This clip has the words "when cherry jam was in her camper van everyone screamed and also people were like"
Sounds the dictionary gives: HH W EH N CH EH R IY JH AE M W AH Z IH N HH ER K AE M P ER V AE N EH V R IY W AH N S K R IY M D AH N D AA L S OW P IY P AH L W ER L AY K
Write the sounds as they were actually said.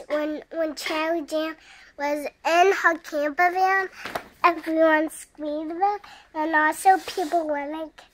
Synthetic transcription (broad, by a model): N W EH N CH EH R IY JH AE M W AH Z IH N HH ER K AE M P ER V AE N EH V R IY W AH N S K W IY D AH N AA L S OW P IY P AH L W ER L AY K